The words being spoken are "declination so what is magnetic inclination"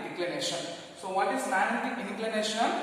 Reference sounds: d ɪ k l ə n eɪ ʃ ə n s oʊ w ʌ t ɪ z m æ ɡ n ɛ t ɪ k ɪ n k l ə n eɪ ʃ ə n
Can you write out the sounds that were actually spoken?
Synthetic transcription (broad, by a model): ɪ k l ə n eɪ ʃ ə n s oʊ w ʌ t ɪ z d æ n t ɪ ɪ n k l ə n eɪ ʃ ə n